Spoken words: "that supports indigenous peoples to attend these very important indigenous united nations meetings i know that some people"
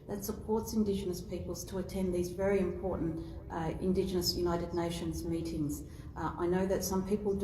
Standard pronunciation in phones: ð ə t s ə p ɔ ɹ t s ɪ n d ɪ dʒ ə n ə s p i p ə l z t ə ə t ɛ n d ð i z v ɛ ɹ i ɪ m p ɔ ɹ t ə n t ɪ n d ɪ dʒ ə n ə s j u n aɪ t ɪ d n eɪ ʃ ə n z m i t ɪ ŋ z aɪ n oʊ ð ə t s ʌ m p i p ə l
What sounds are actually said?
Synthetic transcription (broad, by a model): ð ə t s ə p ɔ ɹ t s ɪ n d ɪ dʒ ə n ə s p i p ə l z t ə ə t ɛ n ð i z v ɛ ɹ i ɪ m p ɔ ɹ t n t ɪ n d ɪ dʒ ə n ə s j u n aɪ t ɪ d n eɪ ʃ ə n z m i t ɪ ŋ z aɪ n oʊ ð ə t s ʌ m p i p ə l